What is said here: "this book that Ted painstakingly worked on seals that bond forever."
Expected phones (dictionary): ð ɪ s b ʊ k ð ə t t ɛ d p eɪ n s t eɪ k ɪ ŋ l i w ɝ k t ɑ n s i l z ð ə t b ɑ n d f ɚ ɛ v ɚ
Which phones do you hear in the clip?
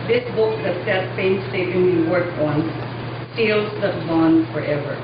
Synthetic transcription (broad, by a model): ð ɪ s b ʊ k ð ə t s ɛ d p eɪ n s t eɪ ɪ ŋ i w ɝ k ɑ n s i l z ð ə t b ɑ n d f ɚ ɛ v ɚ